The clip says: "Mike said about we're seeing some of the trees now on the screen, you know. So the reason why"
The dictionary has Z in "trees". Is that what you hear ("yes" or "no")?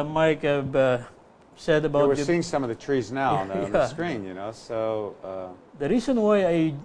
yes